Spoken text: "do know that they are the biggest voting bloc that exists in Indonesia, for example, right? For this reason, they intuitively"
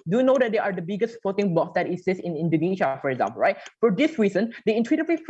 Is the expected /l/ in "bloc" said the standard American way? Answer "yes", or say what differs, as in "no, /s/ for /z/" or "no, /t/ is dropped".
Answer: no, /l/ is dropped